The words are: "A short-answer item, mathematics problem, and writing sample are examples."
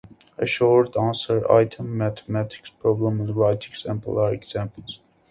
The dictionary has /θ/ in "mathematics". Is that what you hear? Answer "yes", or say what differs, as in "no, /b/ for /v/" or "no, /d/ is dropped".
no, /t/ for /θ/